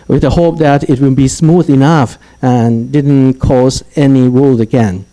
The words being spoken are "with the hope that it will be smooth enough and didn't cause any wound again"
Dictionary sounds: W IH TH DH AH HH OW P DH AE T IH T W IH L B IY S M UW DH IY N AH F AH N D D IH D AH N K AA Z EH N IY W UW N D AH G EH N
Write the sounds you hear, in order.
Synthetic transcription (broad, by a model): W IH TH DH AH HH OW P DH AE T IH T W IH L B IY S M UW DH IY N AH F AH N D D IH D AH N K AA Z EH N IY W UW L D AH G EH N